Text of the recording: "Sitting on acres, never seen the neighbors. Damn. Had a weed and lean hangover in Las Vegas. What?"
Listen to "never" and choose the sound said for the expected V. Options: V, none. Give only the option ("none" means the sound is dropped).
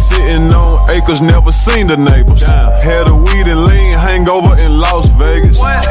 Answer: V